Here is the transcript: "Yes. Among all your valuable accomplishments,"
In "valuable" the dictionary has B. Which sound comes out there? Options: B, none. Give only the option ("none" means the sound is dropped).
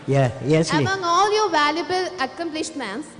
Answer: B